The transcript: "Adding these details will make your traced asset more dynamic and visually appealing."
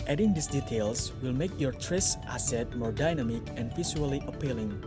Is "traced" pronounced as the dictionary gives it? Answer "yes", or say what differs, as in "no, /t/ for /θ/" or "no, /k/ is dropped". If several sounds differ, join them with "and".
yes